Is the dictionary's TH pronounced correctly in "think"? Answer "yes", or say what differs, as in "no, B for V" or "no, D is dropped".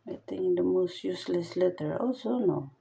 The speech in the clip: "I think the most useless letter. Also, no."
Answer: no, T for TH